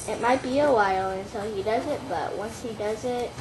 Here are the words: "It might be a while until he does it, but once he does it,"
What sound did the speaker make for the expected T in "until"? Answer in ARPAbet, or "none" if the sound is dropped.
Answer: S